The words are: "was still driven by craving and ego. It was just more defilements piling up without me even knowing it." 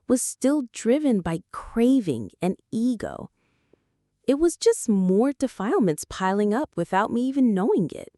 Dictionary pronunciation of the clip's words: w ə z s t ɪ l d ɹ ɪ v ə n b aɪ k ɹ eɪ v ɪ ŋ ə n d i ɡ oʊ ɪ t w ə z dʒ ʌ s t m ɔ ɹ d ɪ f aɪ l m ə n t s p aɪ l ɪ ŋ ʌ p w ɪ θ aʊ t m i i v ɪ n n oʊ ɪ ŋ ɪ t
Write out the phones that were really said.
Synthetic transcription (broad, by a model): w ə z s t ɪ l d ɹ ɪ v ə n b aɪ k ɹ eɪ v ɪ ŋ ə n i ɡ oʊ ɪ t w ə z dʒ ʌ s t m ɔ ɹ d ɪ f aɪ l m ə n t s p aɪ l ɪ ŋ ʌ p w ɪ θ aʊ t m i i v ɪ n n oʊ ɪ ŋ ɪ t